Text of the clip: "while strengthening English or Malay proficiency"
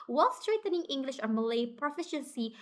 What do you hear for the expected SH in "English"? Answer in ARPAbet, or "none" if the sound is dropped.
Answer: SH